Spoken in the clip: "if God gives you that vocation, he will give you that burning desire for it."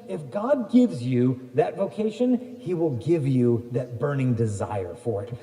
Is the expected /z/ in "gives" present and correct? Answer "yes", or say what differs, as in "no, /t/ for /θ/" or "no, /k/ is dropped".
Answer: yes